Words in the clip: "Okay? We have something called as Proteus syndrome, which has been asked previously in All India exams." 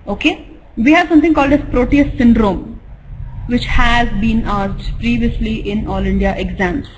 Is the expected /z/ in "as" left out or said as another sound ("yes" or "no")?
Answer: yes